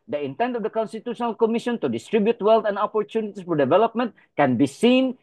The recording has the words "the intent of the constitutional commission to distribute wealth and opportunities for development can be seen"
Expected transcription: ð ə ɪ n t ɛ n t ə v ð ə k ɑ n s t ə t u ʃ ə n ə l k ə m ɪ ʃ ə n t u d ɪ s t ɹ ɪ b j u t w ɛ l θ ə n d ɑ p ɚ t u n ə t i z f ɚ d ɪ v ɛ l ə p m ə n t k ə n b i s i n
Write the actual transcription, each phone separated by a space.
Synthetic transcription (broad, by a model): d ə ɪ n t ɛ n t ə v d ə k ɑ n s t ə t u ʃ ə n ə l k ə m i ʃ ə n t u d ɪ s t ɹ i b j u t w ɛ l t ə n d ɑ p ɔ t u n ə t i s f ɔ d ɪ v ɛ l ə p m ə n t k ə n b i s i n